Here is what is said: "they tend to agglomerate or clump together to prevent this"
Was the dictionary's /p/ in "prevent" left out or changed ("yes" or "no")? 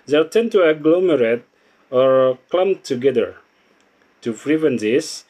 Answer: yes